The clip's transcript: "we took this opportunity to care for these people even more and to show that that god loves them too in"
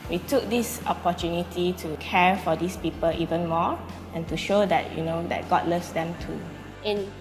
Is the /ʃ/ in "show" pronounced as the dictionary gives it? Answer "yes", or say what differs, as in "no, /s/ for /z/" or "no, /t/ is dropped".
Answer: yes